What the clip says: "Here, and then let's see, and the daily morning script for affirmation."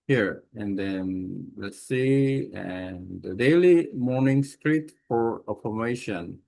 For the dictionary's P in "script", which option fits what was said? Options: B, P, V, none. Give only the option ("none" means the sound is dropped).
none